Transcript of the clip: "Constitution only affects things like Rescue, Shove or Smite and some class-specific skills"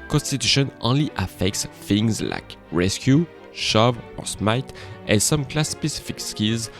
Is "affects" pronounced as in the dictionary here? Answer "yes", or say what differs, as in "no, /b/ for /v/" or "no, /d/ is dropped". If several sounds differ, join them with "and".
yes